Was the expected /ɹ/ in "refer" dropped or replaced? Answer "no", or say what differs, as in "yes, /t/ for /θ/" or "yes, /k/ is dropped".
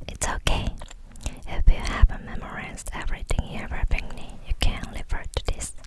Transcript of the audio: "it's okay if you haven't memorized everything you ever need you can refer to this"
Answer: yes, /l/ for /ɹ/